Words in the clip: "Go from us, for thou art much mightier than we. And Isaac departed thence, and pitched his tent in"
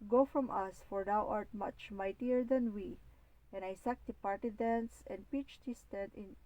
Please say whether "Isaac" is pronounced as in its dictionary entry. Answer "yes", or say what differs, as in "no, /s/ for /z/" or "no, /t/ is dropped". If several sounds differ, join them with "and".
no, /s/ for /z/